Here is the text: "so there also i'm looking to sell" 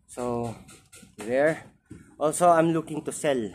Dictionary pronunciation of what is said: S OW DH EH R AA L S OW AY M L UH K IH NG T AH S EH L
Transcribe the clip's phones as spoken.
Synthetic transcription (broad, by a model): S OW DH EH R AA L S OW AY M L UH K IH NG T AH S EH L